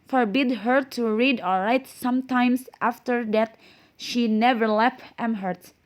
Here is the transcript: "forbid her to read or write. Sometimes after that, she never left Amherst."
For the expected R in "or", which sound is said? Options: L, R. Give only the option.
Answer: L